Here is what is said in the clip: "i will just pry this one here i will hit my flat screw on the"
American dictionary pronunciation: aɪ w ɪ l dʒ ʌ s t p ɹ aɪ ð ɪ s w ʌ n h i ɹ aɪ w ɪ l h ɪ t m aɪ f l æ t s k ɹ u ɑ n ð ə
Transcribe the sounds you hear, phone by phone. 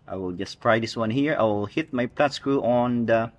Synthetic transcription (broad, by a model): aɪ w ɪ l dʒ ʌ s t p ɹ aɪ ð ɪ s w ʌ n h i ɹ aɪ w ɪ l h ɪ t m aɪ p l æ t s k ɹ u ɑ n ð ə